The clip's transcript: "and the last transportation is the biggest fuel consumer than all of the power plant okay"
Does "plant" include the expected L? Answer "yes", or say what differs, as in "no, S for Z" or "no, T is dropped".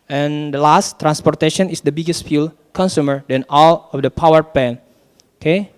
no, L is dropped